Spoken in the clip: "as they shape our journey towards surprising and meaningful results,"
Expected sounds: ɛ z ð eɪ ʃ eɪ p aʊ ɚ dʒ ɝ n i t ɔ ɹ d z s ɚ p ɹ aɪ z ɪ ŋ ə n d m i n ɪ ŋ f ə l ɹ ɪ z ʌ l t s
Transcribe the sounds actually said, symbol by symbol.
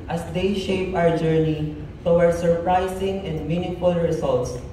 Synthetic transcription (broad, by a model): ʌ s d eɪ ʃ eɪ p aʊ ɚ dʒ ɝ n i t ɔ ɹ s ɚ p ɹ aɪ s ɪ ŋ ə n d m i n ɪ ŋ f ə l ɹ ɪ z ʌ l t s